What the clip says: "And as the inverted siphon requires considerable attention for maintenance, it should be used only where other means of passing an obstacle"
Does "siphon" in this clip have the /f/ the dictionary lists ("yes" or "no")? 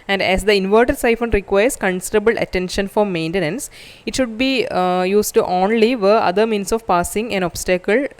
yes